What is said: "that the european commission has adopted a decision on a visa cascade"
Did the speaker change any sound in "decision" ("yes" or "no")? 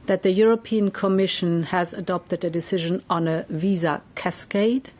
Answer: no